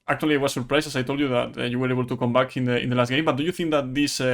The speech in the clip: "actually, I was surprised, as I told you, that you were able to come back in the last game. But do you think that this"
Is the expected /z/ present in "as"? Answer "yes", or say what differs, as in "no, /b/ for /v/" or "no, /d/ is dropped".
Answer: no, /s/ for /z/